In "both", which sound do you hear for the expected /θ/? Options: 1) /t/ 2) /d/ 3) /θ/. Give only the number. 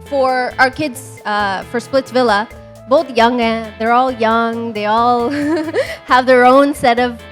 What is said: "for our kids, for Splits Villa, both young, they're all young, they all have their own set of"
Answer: 3